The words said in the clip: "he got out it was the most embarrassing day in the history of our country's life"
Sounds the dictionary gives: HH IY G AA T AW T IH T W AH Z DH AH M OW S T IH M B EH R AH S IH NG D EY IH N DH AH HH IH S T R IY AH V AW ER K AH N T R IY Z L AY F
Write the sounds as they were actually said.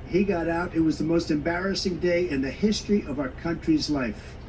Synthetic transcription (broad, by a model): HH IY G AA T AW T IH T W AH Z DH AH M OW S T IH M B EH R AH S IH NG D EY IH N DH AH HH IH S T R IY AH V AW ER K AH N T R IY Z L AY F